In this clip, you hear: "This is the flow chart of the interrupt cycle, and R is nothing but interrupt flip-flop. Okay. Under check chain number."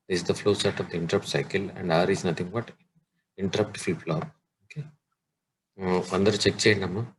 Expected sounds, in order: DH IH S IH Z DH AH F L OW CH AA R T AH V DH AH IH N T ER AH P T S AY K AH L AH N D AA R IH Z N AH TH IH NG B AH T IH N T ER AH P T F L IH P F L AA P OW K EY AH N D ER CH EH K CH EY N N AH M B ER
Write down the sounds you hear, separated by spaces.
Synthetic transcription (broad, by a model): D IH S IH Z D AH F L OW S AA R T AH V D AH IH N T ER AH P T S AY K AH L AH N D AA R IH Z N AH T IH NG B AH T IH N T ER AH P T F IY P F L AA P OW K EY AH N D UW CH EH K CH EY N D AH M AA